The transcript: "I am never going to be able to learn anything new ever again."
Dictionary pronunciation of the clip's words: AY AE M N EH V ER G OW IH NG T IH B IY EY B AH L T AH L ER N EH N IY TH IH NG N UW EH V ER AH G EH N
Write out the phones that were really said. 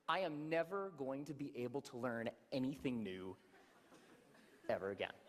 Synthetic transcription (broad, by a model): AY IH M N EH V ER G OW IH NG T IH B IY EY B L T AH L ER N EH N IY TH IH NG N UW EH V ER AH G EH N